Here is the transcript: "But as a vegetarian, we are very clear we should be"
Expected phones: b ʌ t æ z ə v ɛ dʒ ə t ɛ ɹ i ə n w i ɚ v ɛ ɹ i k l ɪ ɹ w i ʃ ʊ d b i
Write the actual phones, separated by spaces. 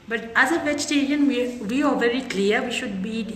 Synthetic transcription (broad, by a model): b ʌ t æ z ə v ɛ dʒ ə t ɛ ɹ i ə n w i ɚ v ɛ ɹ i k l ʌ ɹ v i ʃ ʊ d b i